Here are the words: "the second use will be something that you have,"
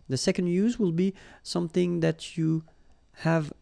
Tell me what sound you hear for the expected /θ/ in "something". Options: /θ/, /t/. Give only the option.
/θ/